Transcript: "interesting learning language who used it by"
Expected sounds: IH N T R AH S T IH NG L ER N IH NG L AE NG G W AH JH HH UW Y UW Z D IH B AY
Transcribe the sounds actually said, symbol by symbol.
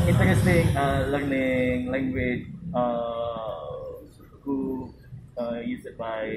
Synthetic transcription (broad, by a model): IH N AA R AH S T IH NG L ER N IH NG L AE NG G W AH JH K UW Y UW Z IH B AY